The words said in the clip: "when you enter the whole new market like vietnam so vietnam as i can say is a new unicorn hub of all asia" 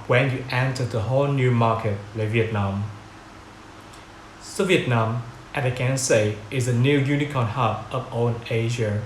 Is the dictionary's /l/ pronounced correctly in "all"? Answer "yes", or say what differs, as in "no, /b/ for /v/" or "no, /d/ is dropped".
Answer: no, /n/ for /l/